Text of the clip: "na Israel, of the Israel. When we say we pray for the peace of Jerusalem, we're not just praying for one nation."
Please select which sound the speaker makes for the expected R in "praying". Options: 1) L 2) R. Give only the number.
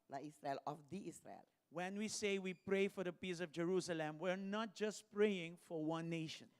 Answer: 2